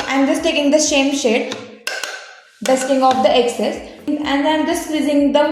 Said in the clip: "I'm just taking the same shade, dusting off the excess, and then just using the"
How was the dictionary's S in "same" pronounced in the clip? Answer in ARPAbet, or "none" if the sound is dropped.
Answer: SH